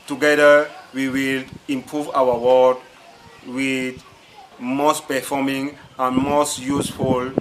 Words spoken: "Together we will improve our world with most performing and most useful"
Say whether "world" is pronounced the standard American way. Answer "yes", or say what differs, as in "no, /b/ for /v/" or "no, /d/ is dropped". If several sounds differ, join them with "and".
no, /l/ is dropped